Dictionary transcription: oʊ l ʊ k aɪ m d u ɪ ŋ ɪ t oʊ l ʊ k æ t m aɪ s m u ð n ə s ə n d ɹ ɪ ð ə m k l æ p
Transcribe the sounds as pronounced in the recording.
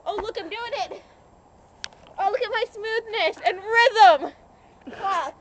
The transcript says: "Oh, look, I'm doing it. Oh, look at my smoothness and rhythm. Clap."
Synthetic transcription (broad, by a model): oʊ l ʊ k aɪ m d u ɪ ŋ ɪ t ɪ l ʊ k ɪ t m aɪ s m u ð n ə s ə n ɹ ɪ ð ə m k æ